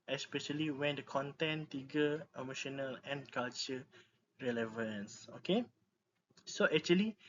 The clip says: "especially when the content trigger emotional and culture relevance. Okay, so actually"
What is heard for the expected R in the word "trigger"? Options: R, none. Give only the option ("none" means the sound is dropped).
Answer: none